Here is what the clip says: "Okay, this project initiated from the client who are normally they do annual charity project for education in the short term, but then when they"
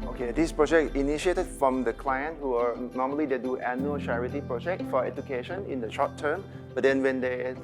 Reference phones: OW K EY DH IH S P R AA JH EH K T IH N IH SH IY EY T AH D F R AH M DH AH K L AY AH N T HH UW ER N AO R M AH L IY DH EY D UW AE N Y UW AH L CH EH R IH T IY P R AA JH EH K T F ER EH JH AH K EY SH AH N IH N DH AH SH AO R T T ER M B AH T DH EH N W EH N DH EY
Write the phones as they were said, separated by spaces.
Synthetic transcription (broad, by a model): OW K EY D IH S P R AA JH EH K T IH N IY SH IY EY T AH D F R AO M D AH K L AY AH N T HH UW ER N AO M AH L IY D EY D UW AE N Y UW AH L CH EH R IH T IY P R AA JH EH K T F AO EH JH AH K EY SH AH N IH N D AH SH AO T T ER M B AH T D EH N W EH N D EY